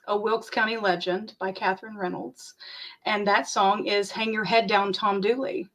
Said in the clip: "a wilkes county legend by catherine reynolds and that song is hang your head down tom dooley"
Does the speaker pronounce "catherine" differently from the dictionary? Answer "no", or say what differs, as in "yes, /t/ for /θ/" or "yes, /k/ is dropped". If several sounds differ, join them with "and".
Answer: no